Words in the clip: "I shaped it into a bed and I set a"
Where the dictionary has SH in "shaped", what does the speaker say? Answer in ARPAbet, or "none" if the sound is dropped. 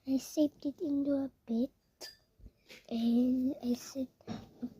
S